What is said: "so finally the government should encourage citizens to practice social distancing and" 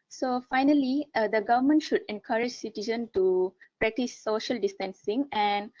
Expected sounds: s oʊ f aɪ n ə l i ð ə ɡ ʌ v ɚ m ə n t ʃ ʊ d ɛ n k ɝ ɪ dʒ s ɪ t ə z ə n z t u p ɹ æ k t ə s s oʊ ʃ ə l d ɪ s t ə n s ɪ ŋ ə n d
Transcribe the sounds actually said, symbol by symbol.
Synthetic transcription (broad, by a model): s oʊ f aɪ n ə l i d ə ɡ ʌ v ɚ m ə n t ʃ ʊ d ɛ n k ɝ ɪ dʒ s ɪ t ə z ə n t u p ɹ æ k t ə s s oʊ ʃ ə l d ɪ s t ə n s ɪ ŋ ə n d